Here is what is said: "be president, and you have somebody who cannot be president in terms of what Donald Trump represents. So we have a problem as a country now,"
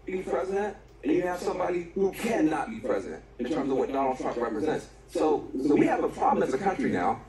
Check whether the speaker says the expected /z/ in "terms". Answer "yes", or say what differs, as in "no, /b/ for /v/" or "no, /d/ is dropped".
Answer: yes